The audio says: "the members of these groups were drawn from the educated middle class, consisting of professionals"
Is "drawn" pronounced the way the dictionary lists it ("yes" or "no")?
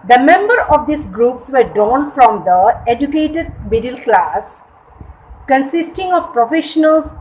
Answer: no